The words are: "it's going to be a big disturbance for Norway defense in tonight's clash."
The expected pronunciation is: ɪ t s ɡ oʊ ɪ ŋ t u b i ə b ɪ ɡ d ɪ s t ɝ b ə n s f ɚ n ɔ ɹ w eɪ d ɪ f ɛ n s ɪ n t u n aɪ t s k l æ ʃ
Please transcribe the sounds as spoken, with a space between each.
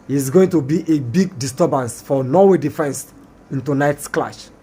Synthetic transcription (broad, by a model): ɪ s ɡ oʊ ɪ ŋ t u b i ə b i ɡ d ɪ s t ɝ b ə n s f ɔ n ɔ w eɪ d ɪ f ɛ n s ɪ n t u n aɪ t s k l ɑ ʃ